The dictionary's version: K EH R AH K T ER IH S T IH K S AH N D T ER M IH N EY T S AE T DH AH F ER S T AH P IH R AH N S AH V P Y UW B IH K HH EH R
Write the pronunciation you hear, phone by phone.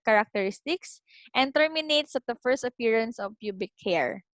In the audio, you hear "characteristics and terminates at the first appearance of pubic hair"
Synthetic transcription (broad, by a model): K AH R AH K T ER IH S T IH K S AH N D T ER M IH N EY T S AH T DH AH F ER S T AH P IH R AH N S AH V P Y UW B IH K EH R